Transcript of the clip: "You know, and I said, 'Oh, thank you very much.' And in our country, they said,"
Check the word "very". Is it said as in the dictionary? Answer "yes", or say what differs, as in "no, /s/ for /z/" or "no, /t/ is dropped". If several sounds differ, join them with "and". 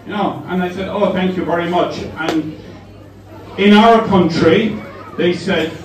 yes